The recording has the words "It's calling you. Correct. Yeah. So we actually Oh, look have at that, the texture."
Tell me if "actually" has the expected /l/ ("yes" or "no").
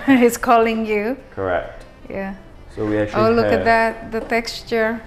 no